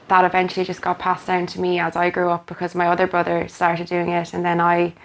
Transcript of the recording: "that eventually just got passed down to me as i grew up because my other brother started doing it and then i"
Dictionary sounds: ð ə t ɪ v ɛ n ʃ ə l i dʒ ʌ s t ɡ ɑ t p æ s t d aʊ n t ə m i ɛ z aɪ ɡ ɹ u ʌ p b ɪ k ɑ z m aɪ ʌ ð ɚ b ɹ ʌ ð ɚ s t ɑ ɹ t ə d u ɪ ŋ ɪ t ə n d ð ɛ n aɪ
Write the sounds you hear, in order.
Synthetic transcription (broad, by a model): ð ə t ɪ v ɛ n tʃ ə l i dʒ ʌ s ɡ ɑ t p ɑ s d aʊ n t ə m i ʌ z aɪ ɡ ɹ u ʌ p b ɪ k ɑ z m aɪ ʌ ð ɚ b ɹ ʌ ð ɚ s t ɑ ɹ t ə d u ɪ ŋ ɪ t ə n ð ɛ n aɪ